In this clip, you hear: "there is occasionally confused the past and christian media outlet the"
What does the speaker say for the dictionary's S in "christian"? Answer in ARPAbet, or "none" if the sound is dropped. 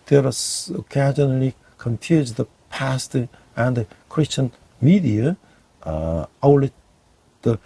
S